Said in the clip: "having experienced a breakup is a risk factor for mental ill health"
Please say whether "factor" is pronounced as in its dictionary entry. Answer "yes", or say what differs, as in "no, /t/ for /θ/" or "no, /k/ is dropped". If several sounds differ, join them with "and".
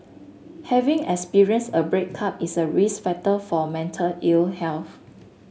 no, /k/ is dropped